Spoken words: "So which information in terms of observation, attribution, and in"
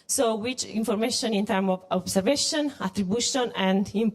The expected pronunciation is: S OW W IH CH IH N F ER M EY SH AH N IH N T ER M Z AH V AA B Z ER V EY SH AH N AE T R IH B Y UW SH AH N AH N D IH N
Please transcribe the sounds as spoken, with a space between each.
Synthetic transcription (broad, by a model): S OW W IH CH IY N F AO M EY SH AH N IH N T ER M AH V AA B S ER V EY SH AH N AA T R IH B Y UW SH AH N AH N D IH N